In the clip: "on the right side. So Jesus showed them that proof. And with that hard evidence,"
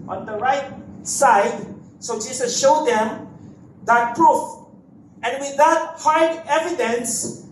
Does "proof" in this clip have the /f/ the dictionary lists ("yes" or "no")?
yes